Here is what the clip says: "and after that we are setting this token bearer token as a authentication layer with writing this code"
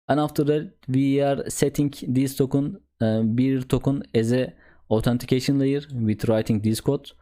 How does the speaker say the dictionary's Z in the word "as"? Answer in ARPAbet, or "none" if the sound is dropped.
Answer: Z